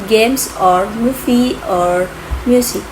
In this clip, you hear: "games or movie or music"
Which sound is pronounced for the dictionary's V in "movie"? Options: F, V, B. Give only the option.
F